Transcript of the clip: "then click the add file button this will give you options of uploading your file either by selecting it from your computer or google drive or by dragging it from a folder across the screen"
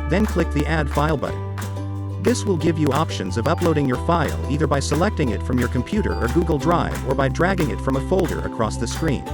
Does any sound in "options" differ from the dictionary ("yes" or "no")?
no